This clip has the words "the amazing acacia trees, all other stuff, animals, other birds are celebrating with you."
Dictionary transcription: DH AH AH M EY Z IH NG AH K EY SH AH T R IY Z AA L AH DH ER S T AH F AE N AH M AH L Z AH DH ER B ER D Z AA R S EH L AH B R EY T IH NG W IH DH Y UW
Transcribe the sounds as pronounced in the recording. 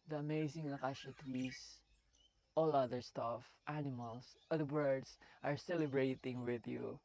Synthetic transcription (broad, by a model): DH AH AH M EY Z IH NG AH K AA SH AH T W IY S AA L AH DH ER S T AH F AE N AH M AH L S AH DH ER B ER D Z AA R S EH L AH B R EY T IH NG W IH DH Y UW